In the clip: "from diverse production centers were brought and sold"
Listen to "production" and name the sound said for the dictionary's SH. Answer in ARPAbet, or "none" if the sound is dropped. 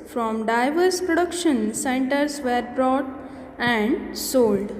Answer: SH